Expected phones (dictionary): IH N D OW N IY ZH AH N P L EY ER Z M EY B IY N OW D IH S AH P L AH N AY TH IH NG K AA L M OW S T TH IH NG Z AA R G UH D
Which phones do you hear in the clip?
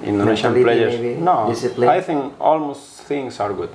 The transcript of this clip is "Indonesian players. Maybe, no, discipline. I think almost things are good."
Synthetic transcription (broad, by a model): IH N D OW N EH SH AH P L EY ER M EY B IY N OW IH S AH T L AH AY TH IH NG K AA L M OW S T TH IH NG S AA R G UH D